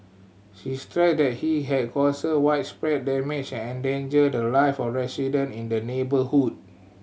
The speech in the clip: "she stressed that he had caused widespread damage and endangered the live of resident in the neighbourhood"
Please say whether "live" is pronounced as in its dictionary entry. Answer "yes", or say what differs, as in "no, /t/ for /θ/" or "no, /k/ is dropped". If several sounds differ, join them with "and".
no, /f/ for /v/